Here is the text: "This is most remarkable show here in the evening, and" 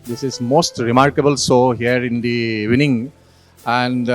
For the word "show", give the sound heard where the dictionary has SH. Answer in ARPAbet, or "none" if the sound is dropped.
S